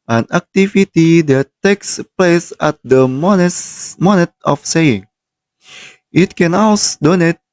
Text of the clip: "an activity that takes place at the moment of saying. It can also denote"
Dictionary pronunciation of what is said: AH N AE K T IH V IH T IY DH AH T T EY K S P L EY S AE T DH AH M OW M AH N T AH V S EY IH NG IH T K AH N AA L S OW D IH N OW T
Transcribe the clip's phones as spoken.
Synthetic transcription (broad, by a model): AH N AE K T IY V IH T IY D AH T T EY K S P L EY S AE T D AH M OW M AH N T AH F S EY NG IH T K AH N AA S D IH N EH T